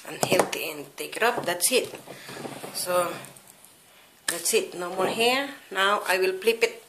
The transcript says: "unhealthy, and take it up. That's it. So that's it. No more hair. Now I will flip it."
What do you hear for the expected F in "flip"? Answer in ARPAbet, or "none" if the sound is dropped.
P